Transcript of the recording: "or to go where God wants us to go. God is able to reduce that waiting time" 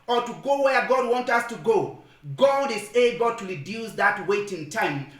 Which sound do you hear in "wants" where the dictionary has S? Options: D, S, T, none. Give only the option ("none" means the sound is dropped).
none